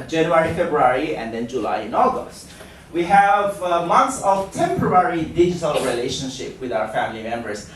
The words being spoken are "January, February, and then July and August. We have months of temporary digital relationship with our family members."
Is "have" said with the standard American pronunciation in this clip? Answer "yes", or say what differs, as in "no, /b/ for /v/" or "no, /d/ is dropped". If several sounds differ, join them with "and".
yes